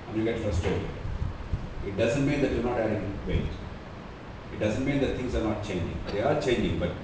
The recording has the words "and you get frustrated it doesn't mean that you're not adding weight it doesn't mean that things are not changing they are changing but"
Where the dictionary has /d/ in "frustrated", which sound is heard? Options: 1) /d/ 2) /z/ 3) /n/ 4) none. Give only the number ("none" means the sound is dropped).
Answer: 4